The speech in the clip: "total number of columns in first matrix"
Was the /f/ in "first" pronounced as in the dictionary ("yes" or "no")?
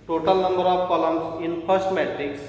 no